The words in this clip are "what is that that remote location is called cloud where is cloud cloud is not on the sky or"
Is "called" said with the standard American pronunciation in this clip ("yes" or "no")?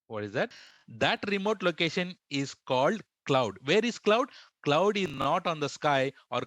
yes